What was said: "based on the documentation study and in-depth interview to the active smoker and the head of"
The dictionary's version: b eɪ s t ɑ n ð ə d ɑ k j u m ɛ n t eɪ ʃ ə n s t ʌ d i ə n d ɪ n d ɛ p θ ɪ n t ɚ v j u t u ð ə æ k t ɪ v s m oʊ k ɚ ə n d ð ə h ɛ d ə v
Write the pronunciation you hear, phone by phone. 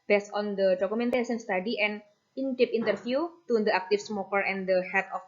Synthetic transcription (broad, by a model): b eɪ s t ɑ n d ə d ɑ k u m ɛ n t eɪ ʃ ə n s t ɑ d i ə n ɪ n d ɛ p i n t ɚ f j u t u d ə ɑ k t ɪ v s m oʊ k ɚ ə n d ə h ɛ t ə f